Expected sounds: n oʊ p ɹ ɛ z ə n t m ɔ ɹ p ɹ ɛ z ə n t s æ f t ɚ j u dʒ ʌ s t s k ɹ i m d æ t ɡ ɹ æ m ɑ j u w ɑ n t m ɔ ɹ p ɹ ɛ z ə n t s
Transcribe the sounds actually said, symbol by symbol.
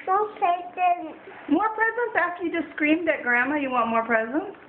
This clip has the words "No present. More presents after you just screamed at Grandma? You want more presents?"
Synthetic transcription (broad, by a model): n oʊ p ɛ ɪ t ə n m ɔ ɹ p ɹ ɛ z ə n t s æ f t ɚ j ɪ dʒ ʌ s s k ɹ i m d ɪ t ɡ ɹ æ m ɑ j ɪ w ɑ n m ɔ ɹ p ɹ ɛ z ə n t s